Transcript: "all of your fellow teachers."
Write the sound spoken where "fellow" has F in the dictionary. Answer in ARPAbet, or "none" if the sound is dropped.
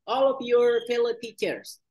P